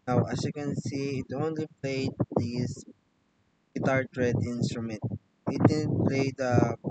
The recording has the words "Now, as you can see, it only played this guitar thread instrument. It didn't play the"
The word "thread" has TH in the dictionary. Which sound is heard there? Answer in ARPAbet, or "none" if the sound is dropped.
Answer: T